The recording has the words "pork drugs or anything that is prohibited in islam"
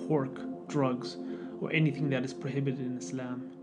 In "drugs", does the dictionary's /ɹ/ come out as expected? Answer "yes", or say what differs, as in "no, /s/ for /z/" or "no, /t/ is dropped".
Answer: yes